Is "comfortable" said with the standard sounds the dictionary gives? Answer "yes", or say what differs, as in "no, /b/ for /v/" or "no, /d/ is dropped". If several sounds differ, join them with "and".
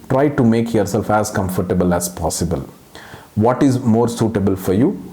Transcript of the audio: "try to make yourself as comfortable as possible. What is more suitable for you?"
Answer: yes